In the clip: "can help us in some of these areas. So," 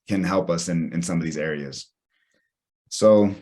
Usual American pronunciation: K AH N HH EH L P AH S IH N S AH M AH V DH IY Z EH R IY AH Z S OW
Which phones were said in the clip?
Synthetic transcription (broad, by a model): K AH N HH EH L P AH S IH N S AH M AH V DH IY Z EH R IY AH Z S OW